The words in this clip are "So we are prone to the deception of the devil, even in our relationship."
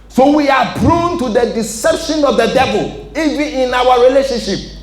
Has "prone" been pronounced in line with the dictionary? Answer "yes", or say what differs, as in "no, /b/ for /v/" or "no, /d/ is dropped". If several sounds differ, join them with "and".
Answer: no, /b/ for /p/